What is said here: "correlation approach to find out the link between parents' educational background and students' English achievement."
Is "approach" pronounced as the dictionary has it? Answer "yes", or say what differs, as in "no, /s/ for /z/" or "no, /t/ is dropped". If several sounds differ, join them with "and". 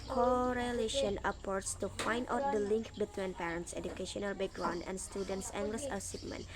no, /s/ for /tʃ/